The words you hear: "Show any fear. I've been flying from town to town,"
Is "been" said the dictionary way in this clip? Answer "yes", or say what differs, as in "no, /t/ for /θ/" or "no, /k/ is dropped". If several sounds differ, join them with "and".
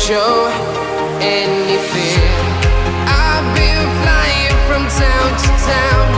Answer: no, /l/ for /n/